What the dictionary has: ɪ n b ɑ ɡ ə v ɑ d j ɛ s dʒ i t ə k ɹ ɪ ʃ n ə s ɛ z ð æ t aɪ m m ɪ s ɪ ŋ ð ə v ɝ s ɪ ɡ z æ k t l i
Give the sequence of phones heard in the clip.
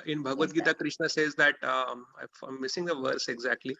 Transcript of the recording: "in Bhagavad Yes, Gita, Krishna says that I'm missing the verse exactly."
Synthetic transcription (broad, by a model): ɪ n b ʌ ɡ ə v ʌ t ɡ i t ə k ɹ ɪ ʃ n ə s ɛ z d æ t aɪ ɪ m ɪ s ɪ ŋ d ə v ɝ s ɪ ɡ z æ k t l i